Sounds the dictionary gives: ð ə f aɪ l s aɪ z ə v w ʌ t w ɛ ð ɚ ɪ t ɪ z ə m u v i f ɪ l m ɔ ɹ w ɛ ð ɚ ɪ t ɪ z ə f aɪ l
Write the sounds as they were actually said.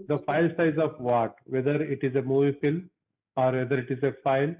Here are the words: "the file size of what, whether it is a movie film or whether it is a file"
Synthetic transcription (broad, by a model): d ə f aɪ l s aɪ z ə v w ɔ t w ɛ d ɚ ɪ t ɪ z ə m u v i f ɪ l ɔ ɹ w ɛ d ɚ ɪ t ɪ z ə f aɪ l